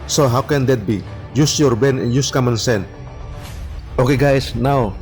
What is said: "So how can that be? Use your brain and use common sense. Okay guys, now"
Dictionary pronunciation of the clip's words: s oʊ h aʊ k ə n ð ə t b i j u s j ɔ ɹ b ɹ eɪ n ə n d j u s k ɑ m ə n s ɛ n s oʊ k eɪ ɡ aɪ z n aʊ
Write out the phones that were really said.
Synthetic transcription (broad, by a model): s oʊ h aʊ k ə n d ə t b i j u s j ɔ ɹ b eɪ n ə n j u s k ɑ m ə n s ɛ n oʊ k eɪ ɡ aɪ s n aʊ